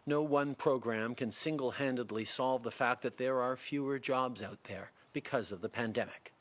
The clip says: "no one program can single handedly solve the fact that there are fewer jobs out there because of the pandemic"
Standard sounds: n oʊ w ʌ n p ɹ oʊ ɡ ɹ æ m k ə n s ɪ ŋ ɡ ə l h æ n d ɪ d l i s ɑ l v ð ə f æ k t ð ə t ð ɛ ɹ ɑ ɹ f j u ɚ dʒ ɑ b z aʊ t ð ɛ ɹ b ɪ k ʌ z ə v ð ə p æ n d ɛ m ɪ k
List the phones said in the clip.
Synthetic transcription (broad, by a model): n oʊ w ʌ n p ɹ oʊ ɡ ɹ æ m k ə n s ɪ ŋ ɡ l h æ n d ɪ d l i s ɑ l v ð ə f æ k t ð ə t ð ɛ ɹ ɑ ɹ f j u ɚ dʒ ɑ b z aʊ t ð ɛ ɹ b ɪ k ʌ z ə v ð ə p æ n d ɛ m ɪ k